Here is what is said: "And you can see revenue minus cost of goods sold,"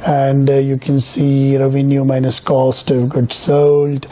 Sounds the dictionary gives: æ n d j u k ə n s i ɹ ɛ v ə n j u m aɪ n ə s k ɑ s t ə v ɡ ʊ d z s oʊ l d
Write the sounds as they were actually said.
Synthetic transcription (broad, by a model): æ n d j u k ə n s i ɹ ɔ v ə n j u m aɪ n ə s k ɑ s t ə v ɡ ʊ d s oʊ l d